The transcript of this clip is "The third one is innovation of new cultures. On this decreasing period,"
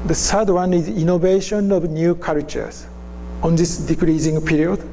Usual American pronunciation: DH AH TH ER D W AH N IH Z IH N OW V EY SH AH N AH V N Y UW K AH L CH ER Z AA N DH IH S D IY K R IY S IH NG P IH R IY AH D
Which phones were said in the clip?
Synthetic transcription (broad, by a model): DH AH S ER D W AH N IH Z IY N OW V EY SH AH N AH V N Y UW K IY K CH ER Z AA N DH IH S D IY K R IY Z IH NG P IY R IY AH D